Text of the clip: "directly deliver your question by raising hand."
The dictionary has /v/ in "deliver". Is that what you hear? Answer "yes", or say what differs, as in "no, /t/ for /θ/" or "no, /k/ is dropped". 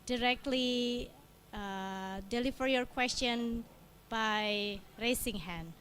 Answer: no, /f/ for /v/